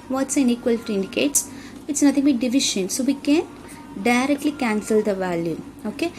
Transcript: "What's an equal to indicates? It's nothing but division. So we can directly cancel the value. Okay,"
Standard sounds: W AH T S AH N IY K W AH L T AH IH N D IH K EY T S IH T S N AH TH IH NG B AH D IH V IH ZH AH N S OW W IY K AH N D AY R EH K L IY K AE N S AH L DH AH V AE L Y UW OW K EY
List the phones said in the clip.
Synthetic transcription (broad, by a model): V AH T S AH N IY K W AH L T AH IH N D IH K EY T S IH T S N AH T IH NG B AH D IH V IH SH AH N S OW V IY K AH N D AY R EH K L IY K AE N S AH L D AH V AE L Y UW OW K EY